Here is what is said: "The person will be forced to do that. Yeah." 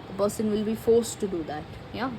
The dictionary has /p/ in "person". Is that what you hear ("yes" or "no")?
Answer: no